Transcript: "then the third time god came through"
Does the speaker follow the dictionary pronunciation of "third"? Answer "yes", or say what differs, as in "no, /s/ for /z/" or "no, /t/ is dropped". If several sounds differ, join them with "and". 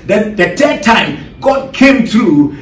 no, /t/ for /θ/